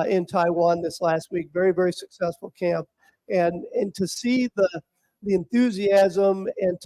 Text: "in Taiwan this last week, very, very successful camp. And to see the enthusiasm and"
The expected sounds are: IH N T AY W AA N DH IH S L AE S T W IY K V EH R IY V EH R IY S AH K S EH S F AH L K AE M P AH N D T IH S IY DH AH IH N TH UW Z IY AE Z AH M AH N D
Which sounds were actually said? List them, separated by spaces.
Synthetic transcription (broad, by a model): IH N T AY W AA N DH IH S L AE S T W IY K V EH R IY V EH R IY S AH K S EH S F L K AE M P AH N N T IH S IY DH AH IH N TH UW Z IY AE Z AH M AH N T